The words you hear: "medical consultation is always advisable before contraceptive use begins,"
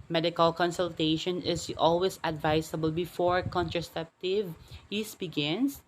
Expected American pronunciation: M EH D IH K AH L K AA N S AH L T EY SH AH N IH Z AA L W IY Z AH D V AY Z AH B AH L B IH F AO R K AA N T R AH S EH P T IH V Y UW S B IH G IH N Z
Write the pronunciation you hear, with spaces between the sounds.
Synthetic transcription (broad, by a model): M EH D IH K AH L K AA N S AH L T EY SH AH N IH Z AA L W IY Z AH D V AY S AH B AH L B IH F AO R K AA N T R AH S EH P T IH V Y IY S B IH G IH N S